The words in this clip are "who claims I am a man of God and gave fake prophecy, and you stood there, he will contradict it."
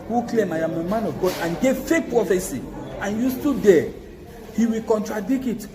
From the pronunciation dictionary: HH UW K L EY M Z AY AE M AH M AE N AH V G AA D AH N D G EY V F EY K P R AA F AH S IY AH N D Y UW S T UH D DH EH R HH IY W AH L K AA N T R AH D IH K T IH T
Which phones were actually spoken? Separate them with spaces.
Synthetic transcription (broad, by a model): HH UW K L EY M AY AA M AH M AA N AH V G AA D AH N G EY V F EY P R AA F AH S IY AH N Y UW S T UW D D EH HH IY W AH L K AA N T R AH D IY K IH T